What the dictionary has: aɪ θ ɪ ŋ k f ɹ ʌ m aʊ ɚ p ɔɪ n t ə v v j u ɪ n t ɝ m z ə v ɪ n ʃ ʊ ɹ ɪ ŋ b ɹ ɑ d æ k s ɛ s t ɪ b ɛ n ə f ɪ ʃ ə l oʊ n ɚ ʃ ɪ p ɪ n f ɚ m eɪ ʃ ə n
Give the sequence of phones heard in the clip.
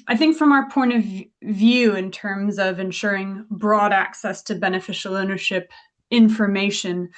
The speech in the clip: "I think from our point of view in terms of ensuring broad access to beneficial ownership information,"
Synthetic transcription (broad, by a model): aɪ θ ɪ ŋ k f ɹ ʌ m aʊ ɚ p ɔɪ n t ə v v j u ɪ n t ɝ m z ə v ɪ n ʃ ʊ ɹ ɪ ŋ b ɹ ɑ d æ k s ɛ s t ɪ b ɛ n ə f ɪ ʃ l oʊ n ɚ ʃ ɪ p ɪ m f ɚ m eɪ ʃ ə n